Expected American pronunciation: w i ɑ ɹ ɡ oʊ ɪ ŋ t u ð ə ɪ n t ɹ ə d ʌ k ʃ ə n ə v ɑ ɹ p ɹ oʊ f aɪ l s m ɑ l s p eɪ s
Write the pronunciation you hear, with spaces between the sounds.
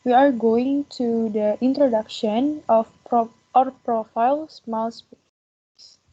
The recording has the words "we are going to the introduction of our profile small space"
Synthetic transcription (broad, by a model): w i ɑ ɹ ɡ oʊ ɪ ŋ t u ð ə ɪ n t ɹ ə d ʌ k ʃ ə n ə p ɑ ɹ p ɹ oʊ f aɪ l s m ɑ l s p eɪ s